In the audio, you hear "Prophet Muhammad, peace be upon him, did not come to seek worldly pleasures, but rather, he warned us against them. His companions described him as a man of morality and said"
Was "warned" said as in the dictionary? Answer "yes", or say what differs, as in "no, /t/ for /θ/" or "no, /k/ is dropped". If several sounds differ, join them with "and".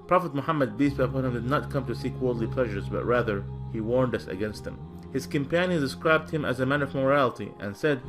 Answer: yes